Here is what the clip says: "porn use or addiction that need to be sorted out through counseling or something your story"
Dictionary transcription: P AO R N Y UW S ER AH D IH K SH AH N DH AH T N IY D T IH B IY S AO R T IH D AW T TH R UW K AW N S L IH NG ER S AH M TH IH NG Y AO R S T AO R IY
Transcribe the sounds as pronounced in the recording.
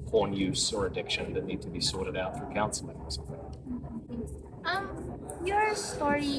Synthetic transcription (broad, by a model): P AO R N Y UW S ER AH D IH K SH AH N DH AH T N IY D T IH B IY S AO R T IH D AW T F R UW K AW N S L IH NG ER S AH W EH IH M Y AO R S T AO R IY